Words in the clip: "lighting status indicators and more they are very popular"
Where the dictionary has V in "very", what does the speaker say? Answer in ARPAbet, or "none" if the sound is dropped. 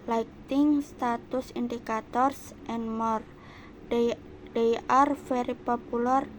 F